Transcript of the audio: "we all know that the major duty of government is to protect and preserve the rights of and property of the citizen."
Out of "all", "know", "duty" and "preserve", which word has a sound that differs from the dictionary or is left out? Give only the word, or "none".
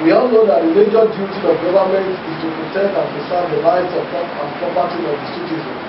preserve